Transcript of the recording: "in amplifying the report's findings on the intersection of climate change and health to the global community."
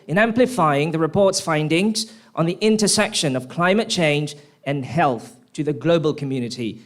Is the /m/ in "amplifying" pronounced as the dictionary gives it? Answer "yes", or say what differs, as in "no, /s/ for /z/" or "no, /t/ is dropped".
yes